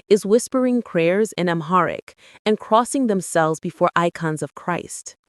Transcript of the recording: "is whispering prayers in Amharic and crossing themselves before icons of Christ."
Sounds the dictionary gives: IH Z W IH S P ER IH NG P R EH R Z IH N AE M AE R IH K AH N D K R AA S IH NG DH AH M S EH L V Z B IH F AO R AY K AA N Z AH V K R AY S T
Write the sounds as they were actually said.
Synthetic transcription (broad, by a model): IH Z W IH S P ER IH NG P R EH R Z IH N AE M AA R IH K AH N K R AA S IH NG DH AH M S EH L V Z B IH F AO R AY K AA N Z AH V K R AY S T